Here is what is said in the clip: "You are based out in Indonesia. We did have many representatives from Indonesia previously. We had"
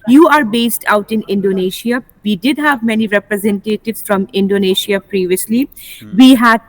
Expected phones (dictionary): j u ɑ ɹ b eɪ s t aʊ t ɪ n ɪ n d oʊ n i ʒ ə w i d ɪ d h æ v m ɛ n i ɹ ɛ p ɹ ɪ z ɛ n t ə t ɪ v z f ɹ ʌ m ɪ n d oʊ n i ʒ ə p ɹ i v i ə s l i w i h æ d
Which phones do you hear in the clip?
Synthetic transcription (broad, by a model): j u ɑ ɹ b eɪ s t aʊ t ɪ n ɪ n d oʊ n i ʃ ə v i d ɪ d h æ v m ɛ n i ɹ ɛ p ɹ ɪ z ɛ n t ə t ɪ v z f ɹ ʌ m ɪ n d oʊ n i ʃ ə p ɹ i v i ə s l i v i h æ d